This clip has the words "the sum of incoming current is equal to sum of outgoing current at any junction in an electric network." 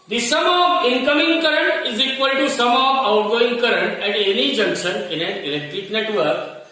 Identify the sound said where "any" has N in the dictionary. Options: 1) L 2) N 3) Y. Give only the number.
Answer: 2